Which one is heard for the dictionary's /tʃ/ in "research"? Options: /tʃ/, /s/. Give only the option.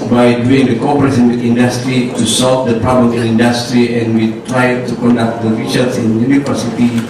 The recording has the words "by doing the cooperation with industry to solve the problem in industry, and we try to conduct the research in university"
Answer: /s/